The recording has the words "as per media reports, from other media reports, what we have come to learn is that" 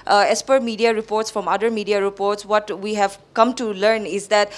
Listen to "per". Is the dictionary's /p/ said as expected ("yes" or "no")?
yes